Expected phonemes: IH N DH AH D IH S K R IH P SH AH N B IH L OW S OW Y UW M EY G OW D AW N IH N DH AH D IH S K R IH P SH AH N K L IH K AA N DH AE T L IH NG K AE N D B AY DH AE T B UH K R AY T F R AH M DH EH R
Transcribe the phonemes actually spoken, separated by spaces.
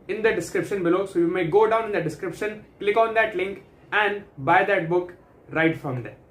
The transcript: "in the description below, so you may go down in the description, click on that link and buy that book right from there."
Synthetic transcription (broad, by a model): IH N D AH D IH S K R IH P SH AH N B IH L OW S OW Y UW M EY G OW D AW N IH N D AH D IH S K R IH P SH AH N K L IH K AA N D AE T L IH NG K AE N D B AY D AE T B UH K R AY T F R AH M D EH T